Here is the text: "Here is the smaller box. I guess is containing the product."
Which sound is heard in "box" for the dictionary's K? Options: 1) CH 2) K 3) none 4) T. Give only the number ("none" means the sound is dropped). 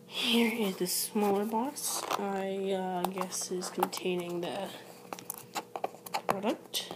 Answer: 3